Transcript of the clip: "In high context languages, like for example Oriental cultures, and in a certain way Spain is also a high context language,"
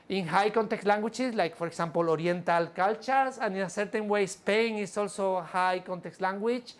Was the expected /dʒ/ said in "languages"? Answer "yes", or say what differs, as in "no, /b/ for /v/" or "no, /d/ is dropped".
no, /tʃ/ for /dʒ/